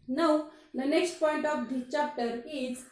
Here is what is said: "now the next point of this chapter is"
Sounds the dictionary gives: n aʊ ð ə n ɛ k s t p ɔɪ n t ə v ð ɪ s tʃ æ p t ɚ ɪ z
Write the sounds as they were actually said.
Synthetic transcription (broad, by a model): n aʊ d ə n ɛ k s t p ɔɪ n t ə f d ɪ tʃ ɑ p t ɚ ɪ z